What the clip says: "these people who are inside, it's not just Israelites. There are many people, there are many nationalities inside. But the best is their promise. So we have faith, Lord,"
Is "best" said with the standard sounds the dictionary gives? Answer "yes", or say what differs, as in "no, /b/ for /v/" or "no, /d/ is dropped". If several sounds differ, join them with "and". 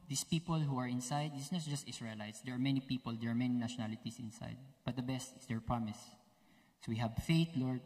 yes